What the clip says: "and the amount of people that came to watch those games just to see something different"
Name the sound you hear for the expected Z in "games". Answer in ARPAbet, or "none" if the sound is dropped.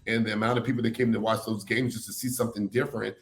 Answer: Z